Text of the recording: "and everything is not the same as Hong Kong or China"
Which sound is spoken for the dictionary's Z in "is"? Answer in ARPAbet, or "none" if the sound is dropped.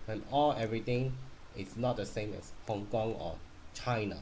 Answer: S